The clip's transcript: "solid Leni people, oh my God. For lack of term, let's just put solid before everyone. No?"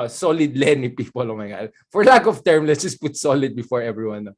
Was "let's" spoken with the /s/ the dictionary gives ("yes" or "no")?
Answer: no